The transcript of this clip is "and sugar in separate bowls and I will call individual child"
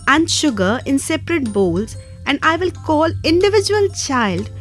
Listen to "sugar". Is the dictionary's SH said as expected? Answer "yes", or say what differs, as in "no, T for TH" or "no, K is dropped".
yes